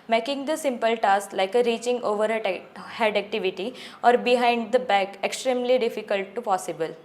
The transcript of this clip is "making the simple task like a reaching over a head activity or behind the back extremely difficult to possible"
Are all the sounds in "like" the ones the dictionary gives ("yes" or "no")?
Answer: yes